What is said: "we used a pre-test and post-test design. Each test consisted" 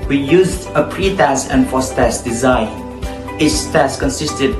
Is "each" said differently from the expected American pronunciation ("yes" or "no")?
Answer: yes